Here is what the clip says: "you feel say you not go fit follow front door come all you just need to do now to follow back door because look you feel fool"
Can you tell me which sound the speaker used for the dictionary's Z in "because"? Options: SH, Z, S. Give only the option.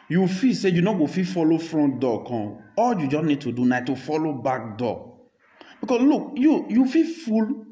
S